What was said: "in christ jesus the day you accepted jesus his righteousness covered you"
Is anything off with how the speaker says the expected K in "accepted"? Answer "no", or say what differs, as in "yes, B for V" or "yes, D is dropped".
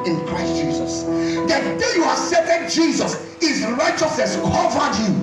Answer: yes, K is dropped